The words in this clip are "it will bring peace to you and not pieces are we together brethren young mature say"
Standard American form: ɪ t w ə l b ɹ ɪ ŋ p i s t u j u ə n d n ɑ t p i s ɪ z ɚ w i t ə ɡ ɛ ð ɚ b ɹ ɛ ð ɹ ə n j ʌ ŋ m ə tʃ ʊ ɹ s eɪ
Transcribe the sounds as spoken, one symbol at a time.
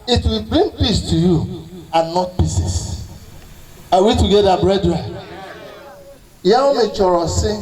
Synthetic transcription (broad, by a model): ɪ t w ə l b ɹ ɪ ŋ p i s t u j u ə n n ɑ t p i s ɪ s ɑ w i t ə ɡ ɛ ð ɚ b ɹ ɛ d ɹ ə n j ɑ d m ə tʃ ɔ ɹ s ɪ